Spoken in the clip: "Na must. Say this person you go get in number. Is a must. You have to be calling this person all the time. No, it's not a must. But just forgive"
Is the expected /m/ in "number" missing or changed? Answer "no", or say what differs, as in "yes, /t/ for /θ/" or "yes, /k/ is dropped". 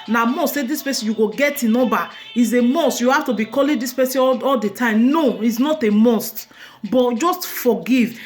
yes, /m/ is dropped